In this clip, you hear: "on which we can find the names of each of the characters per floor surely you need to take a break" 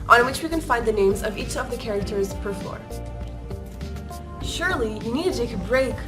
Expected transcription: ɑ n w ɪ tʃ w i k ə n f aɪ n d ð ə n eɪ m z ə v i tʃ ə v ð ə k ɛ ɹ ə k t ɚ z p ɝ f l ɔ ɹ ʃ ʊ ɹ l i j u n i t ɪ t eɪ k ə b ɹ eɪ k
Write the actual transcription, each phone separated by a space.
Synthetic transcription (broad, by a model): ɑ n w ɪ tʃ w i k ə n f aɪ n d ð ə n eɪ m z ə v i tʃ ə v ð ə k ɛ ɹ ə k t ɚ z p ɝ f ɔ ɹ ʃ ʊ ɹ l i j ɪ n i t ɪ t eɪ k ə b ɹ eɪ k